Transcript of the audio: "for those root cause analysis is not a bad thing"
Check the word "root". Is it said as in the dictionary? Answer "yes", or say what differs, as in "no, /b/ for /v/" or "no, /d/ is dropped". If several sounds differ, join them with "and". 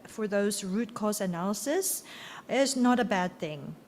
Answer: yes